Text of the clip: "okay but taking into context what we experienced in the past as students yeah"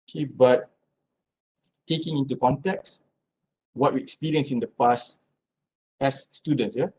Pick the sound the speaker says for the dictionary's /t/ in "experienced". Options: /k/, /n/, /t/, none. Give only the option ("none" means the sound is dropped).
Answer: none